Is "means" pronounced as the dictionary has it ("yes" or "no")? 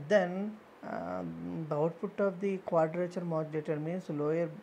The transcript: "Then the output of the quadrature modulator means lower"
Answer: no